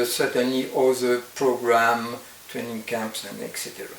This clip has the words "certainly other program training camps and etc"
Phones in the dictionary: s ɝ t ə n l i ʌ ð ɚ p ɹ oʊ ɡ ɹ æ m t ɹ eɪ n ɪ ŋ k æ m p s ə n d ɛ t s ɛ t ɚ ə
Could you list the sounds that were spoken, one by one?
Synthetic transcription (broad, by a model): s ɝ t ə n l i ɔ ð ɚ p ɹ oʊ ɡ ɹ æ m t ɹ eɪ n ɪ ŋ k æ m p s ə n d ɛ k s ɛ t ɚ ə